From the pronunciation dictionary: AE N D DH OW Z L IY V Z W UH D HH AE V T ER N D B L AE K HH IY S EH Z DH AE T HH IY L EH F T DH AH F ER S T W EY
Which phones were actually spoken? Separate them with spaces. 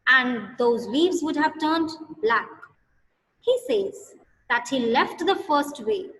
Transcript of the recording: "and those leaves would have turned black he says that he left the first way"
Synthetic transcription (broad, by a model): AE N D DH OW Z W IY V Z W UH D HH AE V T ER N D B L AE K HH IY S EH Z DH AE T HH IY L EH F T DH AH F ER S T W EY